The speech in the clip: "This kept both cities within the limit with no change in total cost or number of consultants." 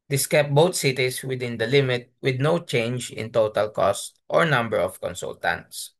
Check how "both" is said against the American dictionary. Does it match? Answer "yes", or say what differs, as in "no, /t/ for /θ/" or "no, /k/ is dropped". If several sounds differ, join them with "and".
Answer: no, /t/ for /θ/